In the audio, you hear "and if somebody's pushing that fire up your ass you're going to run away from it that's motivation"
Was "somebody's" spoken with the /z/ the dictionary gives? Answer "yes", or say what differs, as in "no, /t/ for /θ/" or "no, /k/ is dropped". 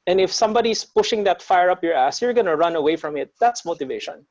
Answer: no, /s/ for /z/